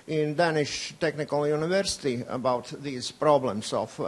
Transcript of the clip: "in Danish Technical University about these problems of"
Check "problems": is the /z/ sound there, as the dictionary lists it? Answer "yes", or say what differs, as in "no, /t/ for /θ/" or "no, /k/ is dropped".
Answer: no, /s/ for /z/